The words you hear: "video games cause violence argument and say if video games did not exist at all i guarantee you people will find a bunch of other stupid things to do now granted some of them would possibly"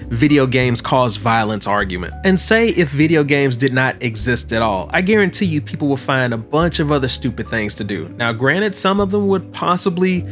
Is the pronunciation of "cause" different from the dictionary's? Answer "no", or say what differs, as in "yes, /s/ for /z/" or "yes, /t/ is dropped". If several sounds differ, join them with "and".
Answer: no